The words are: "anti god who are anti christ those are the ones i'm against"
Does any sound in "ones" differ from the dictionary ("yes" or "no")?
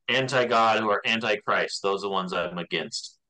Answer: no